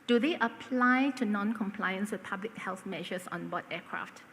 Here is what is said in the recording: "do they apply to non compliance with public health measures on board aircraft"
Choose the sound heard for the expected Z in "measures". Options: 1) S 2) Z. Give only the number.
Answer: 1